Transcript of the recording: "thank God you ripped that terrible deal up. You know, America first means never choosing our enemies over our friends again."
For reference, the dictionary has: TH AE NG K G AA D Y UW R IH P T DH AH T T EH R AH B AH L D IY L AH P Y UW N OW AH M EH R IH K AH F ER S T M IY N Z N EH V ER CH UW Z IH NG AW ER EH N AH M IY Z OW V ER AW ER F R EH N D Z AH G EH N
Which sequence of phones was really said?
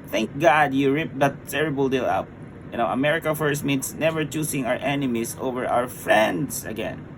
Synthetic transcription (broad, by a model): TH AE NG K G AA D Y UW R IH P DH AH T T EH R AH B AH L D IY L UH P Y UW N OW AH M EH R IH K AH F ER S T M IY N S N EH V ER CH UW S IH NG AW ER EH N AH M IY S OW V ER AW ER F R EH N D S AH G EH N